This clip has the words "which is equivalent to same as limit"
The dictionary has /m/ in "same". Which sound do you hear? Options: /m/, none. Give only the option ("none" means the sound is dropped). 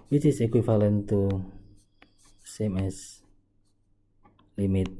/m/